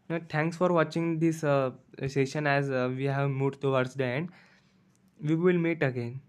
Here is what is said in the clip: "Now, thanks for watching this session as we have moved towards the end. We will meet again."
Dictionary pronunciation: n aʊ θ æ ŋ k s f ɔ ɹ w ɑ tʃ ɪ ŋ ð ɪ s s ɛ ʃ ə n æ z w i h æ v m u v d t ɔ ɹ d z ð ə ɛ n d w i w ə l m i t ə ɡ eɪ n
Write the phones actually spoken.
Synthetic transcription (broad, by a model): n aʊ t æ ŋ k s f ɔ ɹ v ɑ tʃ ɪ ŋ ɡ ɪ s s ɛ ʃ ə n æ z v i h æ v m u d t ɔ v d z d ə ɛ n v i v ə l m i t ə ɡ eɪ n